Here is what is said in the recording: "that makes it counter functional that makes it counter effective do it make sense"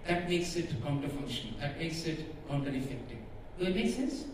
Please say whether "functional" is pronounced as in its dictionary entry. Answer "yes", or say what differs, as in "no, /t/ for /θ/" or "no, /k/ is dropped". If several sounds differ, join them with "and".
no, /k/ is dropped